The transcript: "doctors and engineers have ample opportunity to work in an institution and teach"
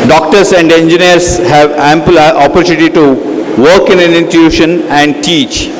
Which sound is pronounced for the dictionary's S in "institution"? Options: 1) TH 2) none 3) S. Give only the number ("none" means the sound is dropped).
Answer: 2